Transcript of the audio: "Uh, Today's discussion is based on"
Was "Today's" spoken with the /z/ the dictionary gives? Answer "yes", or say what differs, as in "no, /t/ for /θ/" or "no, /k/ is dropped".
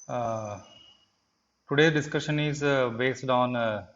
no, /z/ is dropped